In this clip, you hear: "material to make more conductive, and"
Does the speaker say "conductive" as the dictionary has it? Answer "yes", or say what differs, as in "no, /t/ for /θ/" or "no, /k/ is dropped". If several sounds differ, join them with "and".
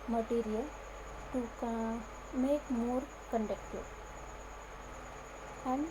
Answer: no, /v/ is dropped